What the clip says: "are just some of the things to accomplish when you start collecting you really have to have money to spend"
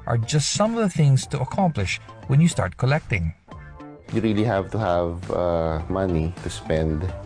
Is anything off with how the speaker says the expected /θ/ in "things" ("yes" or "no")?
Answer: no